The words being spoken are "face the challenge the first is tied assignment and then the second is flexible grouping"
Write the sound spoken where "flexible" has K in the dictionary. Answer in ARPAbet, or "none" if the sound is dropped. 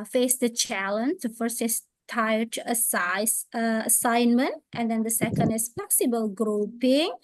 none